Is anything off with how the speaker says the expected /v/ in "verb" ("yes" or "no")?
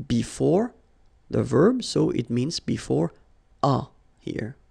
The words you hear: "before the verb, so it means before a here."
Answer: no